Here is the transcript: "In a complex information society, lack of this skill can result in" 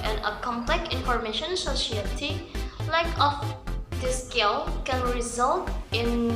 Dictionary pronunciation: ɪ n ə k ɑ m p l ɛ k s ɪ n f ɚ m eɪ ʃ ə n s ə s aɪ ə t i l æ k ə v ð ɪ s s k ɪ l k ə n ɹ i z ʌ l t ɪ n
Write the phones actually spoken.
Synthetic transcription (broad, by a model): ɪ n ə k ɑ m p l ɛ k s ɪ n f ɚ m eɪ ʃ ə n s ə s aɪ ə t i l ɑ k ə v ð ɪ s s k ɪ l k ə n ɹ i z ʌ l t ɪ n